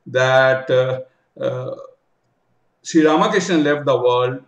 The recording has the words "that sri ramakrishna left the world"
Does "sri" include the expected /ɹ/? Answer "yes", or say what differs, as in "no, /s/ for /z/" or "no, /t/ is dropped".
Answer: no, /ɹ/ is dropped